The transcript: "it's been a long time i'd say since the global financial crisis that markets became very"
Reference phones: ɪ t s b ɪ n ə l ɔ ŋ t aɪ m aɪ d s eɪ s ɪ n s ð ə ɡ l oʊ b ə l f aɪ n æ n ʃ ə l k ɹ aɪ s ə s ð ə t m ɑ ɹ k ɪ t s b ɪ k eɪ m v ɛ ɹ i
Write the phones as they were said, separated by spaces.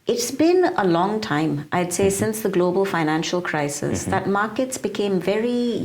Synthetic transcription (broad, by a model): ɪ t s b ɪ n ə l ɔ ŋ t aɪ m aɪ d s eɪ s ɪ n s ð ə ɡ l oʊ b ə l f aɪ n æ n ʃ ə l k ɹ aɪ s ə s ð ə t m ɑ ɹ k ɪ t s b ɪ k eɪ m v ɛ ɹ i